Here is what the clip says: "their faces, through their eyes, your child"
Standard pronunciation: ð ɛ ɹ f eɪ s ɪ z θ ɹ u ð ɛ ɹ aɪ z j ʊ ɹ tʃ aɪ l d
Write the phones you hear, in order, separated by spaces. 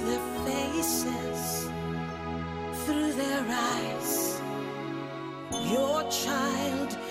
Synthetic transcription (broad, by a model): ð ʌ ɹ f eɪ s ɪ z θ ɹ u ð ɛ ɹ aɪ z j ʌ ɹ tʃ aɪ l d